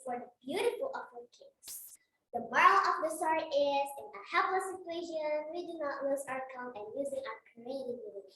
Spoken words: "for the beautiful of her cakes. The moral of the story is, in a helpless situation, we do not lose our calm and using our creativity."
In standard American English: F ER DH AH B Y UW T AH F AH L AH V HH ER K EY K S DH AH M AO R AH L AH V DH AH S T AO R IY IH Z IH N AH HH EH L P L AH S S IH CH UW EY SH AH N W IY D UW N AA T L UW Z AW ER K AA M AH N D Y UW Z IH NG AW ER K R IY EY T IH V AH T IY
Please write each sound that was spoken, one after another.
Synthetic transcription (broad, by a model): F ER DH AH B Y UW T AH F AH L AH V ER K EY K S DH AH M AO R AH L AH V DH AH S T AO R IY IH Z IH N AH HH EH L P L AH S S IH CH UW EY SH AH N W IY D UW N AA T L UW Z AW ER K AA AH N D Y UW Z IH NG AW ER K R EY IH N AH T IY